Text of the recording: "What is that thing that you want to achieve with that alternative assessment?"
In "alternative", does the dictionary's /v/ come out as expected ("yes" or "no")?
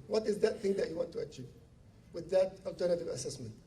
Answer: yes